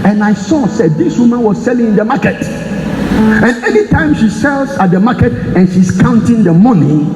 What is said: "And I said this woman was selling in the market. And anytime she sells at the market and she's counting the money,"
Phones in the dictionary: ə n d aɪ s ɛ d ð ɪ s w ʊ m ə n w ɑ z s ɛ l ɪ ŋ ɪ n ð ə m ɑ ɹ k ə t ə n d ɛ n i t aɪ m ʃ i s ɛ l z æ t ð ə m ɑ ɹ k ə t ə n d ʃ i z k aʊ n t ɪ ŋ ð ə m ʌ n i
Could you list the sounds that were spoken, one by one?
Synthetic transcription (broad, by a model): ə n aɪ s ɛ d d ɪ s w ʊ m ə n w ɑ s s ɛ l ɪ ŋ ɪ n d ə m ɑ k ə t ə n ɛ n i t aɪ m ʃ i s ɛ l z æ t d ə m ɑ k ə t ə n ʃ i s k aʊ n t ɪ ŋ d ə m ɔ n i